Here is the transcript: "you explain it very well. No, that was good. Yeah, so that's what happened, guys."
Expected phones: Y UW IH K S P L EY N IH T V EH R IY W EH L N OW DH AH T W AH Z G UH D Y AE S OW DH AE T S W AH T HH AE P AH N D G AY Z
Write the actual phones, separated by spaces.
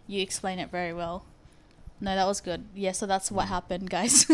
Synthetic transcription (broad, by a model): Y IH K S P L EY N IH T V EH R IY W EH L N OW DH AH T W AH Z G UH D Y AE S OW DH AE T S W AH T HH AE P AH N D G AY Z